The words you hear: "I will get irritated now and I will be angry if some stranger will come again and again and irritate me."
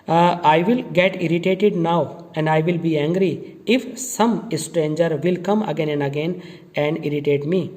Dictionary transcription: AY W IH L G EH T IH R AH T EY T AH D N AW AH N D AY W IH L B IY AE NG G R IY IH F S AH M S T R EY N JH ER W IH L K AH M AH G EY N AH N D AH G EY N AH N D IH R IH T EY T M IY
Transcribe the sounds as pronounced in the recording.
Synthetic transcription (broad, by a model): AY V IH L G EH T IH R AH T EY T AH D N AW AH N D AY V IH L B IY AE NG G R IY IH F S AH M S T R EY N JH ER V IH L K AH M AH G EY N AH N AH G EY N AH N D IH R IH T EY T M IY